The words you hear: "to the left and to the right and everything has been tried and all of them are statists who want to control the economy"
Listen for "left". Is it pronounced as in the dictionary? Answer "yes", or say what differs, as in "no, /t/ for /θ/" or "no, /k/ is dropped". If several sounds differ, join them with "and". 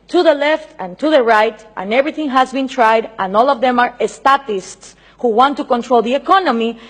yes